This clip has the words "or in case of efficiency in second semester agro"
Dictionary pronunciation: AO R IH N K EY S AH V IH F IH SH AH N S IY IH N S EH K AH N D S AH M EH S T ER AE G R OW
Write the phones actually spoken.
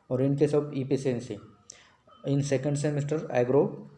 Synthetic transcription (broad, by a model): AO R IH N K EY S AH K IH P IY S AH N S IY IH N S EH K AH N D S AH M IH S T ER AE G R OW